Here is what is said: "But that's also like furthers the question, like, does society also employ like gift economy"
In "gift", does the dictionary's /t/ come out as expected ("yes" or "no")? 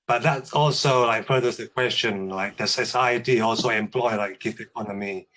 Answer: no